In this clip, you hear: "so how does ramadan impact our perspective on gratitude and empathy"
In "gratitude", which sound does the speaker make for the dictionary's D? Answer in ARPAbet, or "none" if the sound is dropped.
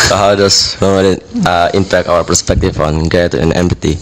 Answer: none